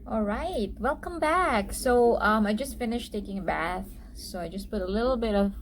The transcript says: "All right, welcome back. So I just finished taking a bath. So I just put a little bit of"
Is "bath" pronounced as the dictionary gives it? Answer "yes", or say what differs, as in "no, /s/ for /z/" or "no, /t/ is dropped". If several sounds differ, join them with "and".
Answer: yes